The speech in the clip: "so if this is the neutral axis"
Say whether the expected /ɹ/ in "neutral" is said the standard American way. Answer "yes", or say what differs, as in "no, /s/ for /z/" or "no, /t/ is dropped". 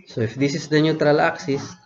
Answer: yes